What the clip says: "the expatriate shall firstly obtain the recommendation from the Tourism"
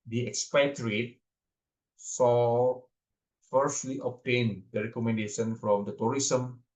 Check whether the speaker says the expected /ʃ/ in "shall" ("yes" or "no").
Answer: no